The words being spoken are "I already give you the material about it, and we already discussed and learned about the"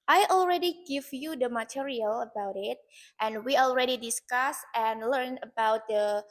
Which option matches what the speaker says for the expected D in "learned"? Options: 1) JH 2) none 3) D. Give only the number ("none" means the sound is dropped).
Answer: 2